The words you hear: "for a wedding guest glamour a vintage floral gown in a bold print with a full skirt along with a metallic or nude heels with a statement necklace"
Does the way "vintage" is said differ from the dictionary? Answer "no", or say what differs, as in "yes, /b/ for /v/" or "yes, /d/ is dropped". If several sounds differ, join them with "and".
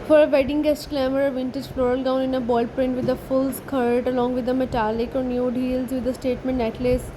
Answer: no